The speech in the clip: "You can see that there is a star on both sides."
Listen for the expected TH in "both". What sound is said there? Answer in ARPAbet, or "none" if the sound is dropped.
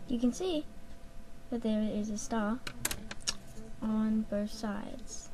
TH